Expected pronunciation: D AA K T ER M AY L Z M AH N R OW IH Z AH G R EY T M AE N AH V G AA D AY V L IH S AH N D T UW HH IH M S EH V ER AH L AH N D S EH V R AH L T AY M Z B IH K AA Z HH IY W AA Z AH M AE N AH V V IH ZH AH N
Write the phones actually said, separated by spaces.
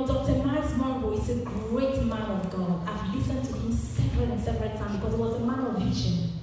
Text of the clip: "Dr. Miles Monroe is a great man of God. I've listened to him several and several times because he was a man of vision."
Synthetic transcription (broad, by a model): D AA K T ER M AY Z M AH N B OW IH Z AH G R EY T M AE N AH V G AA D AY V L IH S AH N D T UW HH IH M S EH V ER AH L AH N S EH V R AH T AY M B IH K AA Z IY W AA Z AH M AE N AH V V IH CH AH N